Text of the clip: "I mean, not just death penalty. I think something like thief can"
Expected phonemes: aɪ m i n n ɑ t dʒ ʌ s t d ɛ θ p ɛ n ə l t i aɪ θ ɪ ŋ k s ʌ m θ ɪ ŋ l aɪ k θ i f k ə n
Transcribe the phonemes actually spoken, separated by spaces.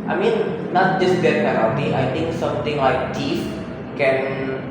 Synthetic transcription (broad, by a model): aɪ m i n n ɑ t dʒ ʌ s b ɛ t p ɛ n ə t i aɪ t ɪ ŋ k s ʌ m t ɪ ŋ l aɪ k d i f k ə n